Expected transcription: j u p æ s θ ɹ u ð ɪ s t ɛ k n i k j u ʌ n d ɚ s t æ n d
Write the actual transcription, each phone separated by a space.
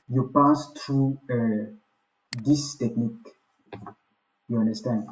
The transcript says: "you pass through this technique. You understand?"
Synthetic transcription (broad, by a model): j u p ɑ s t ɹ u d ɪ s t ɛ k n i k j u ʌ n d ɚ s t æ n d